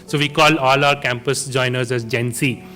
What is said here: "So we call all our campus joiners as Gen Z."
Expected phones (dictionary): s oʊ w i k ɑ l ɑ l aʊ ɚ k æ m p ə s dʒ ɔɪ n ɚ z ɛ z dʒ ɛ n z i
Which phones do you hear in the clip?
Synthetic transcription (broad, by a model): s oʊ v i k ɑ l ɑ l aʊ ɚ k æ m p ə s dʒ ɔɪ n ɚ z ɛ z dʒ ɛ n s i